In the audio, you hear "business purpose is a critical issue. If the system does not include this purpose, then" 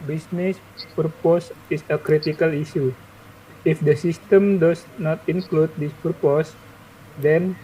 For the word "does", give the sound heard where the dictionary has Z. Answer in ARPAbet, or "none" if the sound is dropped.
S